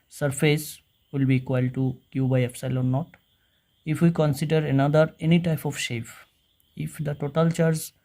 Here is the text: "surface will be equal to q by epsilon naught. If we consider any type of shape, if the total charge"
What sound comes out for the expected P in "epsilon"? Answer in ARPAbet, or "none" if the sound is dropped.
F